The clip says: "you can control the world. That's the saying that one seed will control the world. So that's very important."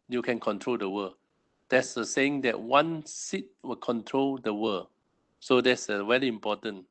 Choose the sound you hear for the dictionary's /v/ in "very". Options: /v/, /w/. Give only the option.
/w/